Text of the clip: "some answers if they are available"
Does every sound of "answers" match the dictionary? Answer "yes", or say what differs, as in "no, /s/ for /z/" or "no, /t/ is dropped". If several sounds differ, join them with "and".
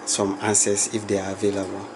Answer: no, /s/ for /z/